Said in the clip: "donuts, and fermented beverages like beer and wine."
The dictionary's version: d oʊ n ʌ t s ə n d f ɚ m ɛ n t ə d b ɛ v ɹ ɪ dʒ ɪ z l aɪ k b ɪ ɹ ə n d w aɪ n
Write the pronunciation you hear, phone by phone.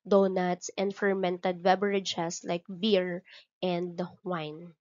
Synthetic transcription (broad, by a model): d oʊ n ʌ t s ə n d f ɚ m ɛ n t ə d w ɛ b ɹ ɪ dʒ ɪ s l aɪ k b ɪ ɹ ə n d w aɪ n